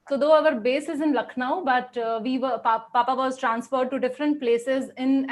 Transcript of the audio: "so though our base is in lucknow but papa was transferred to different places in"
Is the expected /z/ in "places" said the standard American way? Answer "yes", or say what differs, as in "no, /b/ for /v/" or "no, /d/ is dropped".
yes